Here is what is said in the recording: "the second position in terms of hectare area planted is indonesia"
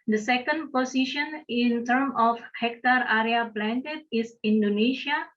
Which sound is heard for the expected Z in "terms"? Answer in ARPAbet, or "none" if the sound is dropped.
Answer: none